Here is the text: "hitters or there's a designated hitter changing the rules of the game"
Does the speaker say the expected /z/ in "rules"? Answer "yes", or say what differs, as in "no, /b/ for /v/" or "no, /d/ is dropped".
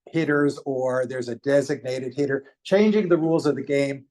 yes